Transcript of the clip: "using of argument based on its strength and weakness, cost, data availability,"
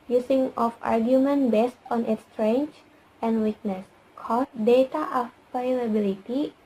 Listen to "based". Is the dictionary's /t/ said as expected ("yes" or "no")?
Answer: yes